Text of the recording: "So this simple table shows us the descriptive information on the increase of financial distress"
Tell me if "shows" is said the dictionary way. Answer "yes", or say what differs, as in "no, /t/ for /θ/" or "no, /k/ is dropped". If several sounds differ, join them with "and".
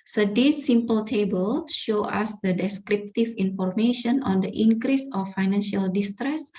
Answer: no, /z/ is dropped